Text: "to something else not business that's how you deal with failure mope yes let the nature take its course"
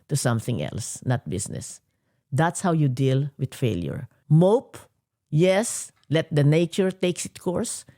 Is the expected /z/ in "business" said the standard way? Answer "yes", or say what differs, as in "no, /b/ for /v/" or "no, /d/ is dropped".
no, /s/ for /z/